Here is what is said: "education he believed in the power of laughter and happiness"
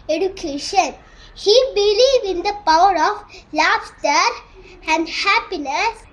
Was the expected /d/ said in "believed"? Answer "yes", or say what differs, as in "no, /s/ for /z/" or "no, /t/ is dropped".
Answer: no, /d/ is dropped